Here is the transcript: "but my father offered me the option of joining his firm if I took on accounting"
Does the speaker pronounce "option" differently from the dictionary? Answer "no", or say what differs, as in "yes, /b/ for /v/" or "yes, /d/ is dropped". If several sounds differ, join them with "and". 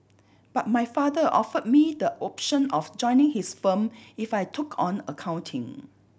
no